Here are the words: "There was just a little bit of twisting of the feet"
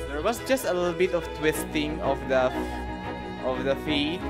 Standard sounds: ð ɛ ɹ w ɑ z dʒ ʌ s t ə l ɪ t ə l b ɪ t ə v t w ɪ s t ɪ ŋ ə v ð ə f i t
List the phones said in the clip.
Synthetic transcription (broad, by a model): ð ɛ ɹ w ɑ s dʒ ʌ s t ə l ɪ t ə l b ɪ t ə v t w ɪ s t ɪ ŋ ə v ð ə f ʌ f